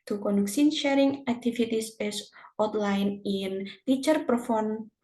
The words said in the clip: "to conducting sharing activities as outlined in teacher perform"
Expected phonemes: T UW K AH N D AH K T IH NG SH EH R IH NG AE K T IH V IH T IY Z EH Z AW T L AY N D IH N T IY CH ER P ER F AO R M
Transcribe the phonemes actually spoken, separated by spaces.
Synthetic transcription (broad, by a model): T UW K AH N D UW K S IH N SH EH R IH NG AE K T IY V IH T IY S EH S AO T L AY N IH N T IY CH ER P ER F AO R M